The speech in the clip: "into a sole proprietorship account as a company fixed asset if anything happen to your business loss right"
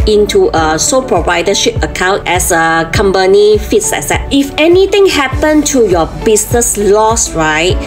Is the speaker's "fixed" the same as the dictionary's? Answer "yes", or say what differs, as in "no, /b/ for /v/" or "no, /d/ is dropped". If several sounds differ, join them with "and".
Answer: no, /t/ is dropped